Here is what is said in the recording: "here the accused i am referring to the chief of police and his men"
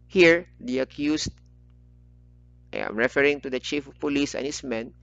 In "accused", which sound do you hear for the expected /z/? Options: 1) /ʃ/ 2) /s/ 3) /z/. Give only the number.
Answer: 2